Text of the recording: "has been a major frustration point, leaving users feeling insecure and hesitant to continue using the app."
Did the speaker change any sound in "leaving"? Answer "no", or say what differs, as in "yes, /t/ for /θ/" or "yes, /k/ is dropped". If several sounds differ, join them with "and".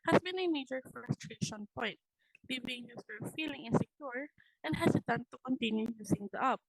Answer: yes, /b/ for /v/